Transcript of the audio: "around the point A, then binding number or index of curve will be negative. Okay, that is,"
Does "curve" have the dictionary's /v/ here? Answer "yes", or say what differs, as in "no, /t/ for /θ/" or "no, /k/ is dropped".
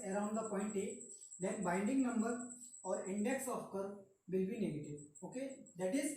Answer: yes